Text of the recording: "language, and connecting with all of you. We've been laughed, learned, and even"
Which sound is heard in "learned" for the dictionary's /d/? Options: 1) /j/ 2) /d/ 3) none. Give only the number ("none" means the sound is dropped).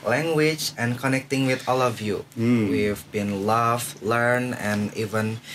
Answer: 3